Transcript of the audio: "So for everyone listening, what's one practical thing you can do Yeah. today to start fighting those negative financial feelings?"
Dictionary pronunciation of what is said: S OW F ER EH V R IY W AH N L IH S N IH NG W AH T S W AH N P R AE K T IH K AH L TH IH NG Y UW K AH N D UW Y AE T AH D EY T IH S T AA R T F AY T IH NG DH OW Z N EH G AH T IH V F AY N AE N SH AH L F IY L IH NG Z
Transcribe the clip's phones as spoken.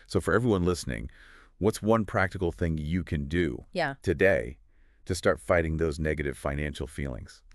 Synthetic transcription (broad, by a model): S OW F ER EH V R IY W AH N L IH S N IH NG W AH T S W AH N P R AE K T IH K L TH IH NG Y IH K AH N D UW Y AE T AH D EY T IH S T AA R T F AY T IH NG DH OW Z N EH G AH T IH V F AY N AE N SH L F IY L IH NG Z